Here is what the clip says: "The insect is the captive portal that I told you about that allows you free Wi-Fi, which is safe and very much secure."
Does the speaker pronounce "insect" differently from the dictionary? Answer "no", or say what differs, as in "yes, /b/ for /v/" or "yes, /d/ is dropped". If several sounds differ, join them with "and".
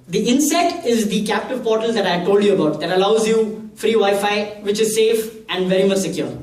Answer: yes, /k/ is dropped